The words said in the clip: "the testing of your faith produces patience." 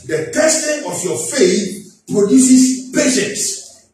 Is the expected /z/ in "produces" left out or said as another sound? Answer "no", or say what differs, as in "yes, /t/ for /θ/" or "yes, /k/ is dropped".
yes, /s/ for /z/